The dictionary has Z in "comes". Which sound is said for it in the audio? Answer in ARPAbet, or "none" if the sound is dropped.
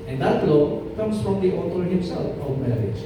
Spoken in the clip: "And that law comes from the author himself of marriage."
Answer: S